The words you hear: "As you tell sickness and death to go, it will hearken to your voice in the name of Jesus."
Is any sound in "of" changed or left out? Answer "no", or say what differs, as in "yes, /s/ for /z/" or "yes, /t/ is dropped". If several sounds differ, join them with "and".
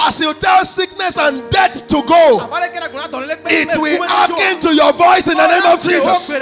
no